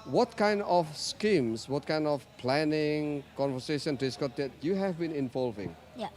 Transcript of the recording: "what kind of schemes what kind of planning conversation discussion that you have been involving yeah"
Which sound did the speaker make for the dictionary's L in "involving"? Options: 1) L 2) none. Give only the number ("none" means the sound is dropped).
1